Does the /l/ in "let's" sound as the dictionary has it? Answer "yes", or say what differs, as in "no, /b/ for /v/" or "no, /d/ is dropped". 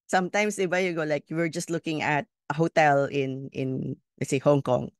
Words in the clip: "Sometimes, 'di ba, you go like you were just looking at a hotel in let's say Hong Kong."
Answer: no, /n/ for /l/